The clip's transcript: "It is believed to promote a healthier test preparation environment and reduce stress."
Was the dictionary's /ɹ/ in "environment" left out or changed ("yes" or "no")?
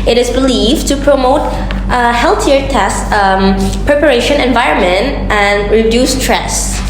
no